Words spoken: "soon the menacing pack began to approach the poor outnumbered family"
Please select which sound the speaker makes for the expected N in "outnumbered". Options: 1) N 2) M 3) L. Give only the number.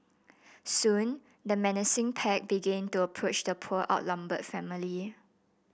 3